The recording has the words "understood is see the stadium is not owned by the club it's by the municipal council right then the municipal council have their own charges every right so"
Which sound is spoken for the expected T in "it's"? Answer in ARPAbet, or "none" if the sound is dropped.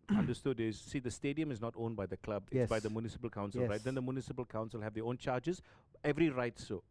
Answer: S